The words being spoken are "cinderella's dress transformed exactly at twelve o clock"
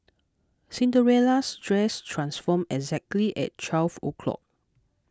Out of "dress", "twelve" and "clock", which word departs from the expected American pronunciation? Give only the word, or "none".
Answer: twelve